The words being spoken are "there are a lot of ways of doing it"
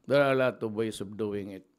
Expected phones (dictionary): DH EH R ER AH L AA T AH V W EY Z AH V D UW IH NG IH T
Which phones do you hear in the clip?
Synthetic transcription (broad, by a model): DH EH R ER AH L AA T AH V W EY S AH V D UW IH NG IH T